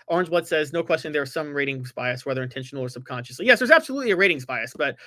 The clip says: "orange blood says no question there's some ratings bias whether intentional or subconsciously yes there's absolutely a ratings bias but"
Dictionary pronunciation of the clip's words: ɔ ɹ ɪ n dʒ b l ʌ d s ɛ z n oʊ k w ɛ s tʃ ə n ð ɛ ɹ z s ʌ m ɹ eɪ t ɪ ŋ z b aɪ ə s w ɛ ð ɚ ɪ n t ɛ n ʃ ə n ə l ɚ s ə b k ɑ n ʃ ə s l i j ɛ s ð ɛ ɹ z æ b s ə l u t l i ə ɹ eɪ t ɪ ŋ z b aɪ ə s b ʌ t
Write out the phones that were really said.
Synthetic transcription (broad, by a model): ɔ ɹ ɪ n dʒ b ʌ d s ɛ z n oʊ k w ɛ s tʃ ə n ð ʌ ɹ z s ʌ m ɹ eɪ t ɪ ŋ z b aɪ ə s w ɛ ð ɚ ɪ n t ɛ n ʃ n l ɚ s ə b k ɑ n ʃ ə s l i j ɛ s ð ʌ ɹ z æ b s ə l u t l i ə ɹ eɪ t ɪ ŋ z b aɪ ə s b ʌ t